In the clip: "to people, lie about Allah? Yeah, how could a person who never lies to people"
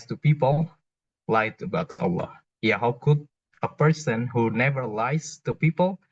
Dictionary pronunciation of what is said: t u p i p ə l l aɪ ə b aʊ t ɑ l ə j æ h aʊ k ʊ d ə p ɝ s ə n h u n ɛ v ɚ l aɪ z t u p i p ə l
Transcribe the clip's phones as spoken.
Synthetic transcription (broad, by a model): t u p i p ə l l aɪ ə b aʊ t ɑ l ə j æ h aʊ k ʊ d ə p ɝ s ə n h u n ɛ v ɚ l aɪ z t u p i p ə l